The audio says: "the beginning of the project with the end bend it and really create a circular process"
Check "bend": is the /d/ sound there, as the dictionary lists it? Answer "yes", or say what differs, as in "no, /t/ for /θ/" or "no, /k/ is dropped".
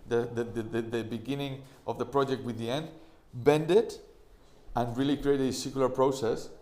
yes